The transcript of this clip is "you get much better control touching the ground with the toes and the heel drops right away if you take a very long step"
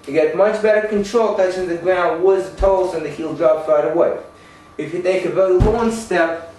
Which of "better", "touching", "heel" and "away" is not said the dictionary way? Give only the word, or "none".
touching